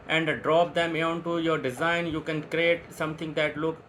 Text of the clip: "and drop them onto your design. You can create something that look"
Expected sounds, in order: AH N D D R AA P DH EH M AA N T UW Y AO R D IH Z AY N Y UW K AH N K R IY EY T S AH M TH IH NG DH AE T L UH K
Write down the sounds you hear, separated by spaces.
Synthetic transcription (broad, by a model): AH N D D R AA P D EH M AA N T UW Y AO R D IH Z AY N Y UW K AH N K R IY EY T S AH M T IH NG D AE T L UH K